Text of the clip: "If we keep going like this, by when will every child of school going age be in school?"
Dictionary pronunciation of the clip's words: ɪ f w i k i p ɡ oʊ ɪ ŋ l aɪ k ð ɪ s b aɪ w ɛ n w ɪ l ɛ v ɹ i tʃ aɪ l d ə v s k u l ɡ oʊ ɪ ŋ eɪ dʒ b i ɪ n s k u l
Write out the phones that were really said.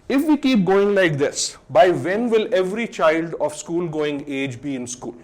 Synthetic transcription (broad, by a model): ɪ f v i k i p ɡ oʊ ɪ ŋ l aɪ k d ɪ s b aɪ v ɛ n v ɪ l ɛ v ɹ i tʃ aɪ l d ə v s k u l ɡ oʊ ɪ ŋ eɪ dʒ b i ɪ n s k u l